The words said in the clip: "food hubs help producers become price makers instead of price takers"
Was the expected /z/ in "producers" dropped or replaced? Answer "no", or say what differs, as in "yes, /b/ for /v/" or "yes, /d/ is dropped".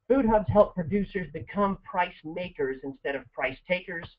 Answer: no